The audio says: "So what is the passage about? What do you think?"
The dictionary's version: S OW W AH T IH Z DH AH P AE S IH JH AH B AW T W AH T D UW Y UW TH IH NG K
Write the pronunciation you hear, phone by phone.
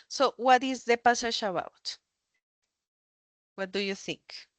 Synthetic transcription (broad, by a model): S OW W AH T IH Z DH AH P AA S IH SH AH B AW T W AH T D UW Y UW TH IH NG K